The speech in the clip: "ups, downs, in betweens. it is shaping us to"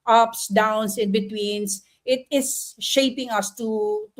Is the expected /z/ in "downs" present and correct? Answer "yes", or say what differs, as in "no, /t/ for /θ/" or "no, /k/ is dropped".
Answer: no, /s/ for /z/